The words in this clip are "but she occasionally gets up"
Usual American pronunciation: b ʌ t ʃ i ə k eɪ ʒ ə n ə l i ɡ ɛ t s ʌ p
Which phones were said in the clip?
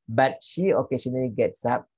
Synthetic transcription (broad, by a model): b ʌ t ʃ i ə k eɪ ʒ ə n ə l i ɡ ɛ t s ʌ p